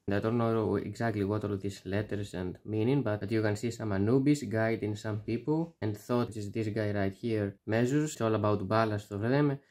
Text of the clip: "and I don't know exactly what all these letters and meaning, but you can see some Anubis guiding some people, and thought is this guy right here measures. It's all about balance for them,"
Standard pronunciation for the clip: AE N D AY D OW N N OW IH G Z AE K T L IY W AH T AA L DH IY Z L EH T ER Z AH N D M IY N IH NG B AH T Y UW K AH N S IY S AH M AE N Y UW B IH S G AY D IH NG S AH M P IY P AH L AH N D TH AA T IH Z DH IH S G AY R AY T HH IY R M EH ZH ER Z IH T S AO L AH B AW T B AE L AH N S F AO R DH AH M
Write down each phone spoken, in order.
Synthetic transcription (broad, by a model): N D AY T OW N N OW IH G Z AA K T L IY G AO T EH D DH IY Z L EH T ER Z AH N D M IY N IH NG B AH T Y UW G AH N S IY S AH M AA N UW B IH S G AY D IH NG S AH M P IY P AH L AH N D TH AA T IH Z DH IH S G AY R AY T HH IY R M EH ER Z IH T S AO L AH B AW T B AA L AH S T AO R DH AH M